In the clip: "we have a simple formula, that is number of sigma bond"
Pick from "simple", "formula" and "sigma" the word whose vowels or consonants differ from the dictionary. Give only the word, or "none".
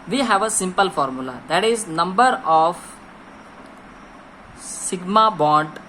none